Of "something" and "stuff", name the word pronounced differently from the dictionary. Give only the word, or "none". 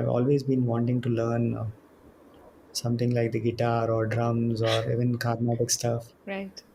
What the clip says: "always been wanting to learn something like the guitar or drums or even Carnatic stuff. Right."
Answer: something